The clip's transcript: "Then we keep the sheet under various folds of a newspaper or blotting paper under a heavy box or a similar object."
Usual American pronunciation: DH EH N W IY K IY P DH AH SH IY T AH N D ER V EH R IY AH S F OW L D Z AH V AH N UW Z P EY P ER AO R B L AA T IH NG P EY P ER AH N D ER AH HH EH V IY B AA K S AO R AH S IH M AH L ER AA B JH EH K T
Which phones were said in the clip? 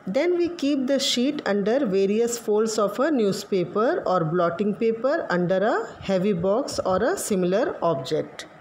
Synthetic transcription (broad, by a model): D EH N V IY K IY P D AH SH IY T AH N D ER V EH R IY AH S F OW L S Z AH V AH N UW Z P EY P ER AO R B L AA T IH NG P EY P ER AH N D ER AH HH EH V IY B AA K S AO R AH S IH M AH L ER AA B JH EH K T